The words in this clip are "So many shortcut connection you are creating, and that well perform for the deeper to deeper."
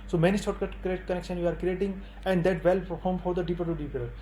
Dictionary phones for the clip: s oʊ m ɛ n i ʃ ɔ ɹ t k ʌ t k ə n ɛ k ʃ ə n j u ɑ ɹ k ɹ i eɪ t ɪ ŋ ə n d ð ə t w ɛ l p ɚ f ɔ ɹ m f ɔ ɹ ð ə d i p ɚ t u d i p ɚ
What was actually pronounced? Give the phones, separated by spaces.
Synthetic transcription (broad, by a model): s oʊ m ɛ n i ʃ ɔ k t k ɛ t k ə n ɛ k ʃ ə n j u ɑ ɹ k ɹ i eɪ t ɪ ŋ ə n d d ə t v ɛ l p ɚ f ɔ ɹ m f ɔ ɹ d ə d i p ɚ t u d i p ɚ